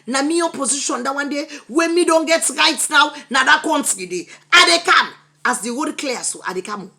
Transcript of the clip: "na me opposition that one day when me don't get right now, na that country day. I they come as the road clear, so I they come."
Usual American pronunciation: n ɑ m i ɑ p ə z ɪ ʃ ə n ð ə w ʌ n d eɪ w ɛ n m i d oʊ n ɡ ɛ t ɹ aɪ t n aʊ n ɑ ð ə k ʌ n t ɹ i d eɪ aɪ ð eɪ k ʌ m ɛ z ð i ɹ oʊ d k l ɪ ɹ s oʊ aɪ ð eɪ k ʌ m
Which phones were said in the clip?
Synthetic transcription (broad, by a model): n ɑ m i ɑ p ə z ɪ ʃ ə n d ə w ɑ n d eɪ w ɛ n m i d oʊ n ɡ ɛ t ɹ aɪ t n aʊ n ɑ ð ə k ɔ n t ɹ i d eɪ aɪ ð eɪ k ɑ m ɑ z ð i w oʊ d k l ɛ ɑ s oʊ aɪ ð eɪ k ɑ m